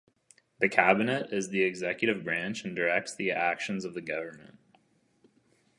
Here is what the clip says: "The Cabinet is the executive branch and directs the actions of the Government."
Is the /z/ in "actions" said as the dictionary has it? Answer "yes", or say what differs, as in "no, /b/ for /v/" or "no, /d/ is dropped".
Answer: yes